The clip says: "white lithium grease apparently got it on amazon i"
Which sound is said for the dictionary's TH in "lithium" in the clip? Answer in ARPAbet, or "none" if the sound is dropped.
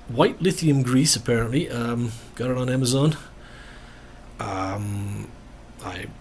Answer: TH